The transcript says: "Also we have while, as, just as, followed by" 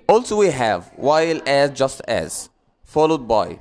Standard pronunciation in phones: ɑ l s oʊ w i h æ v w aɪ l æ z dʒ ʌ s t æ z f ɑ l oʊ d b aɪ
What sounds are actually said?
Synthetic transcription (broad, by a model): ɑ l s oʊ w i h æ v w aɪ l æ z dʒ ʌ s t æ z f ɑ l oʊ d b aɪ